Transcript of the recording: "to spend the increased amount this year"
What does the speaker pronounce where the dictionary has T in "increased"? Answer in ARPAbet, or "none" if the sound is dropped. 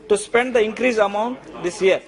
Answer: none